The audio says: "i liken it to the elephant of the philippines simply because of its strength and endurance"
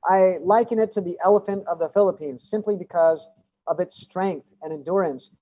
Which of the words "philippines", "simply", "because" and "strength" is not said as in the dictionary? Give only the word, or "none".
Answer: none